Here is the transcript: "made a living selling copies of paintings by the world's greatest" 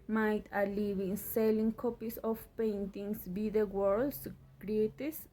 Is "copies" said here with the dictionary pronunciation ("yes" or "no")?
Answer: no